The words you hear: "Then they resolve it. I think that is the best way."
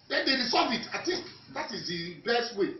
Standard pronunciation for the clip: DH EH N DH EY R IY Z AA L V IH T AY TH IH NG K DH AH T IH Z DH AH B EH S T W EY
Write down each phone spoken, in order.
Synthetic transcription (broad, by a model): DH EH N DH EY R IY S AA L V IH T AY T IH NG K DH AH T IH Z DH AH B EH S T W EY